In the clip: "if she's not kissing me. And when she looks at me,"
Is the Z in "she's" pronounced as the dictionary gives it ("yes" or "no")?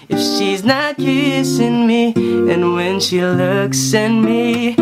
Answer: yes